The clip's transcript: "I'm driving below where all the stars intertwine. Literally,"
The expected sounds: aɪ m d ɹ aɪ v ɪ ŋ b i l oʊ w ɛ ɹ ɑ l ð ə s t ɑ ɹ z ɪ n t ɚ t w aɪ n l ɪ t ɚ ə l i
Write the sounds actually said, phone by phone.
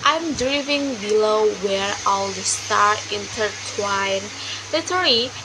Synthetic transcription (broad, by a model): aɪ m d ɹ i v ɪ ŋ b i l oʊ w ɛ ɹ ɑ l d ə s t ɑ ɹ ɪ n t ɚ t w aɪ n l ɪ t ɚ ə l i